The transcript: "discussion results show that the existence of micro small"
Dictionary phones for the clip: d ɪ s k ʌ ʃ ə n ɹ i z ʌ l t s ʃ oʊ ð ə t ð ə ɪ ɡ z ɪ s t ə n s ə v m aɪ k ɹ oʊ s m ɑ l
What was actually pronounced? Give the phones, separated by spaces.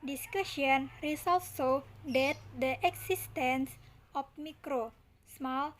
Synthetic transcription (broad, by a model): d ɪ s k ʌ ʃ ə n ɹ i s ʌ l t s s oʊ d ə t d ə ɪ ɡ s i s t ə n s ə f m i k ɹ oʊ s m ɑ l